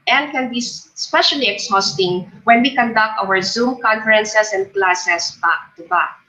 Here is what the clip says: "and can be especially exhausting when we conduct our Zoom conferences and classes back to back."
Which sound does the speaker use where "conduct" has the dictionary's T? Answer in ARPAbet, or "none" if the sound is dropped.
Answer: T